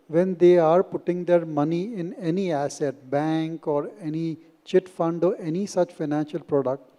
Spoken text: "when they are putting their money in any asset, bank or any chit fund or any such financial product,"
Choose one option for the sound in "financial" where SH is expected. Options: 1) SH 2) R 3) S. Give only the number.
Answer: 1